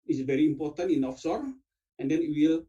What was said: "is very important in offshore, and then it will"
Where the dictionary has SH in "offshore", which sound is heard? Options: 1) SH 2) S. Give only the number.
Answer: 2